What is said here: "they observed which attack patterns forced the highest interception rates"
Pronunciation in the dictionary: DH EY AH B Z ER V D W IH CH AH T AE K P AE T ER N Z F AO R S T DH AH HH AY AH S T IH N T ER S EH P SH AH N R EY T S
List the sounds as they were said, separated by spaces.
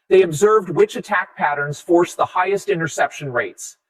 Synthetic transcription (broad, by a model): DH EY AH B Z ER V D W IH CH AH T AE K P AE T ER N Z F AO R S DH AH HH AY AH S T IH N T ER S EH P SH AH N R EY T S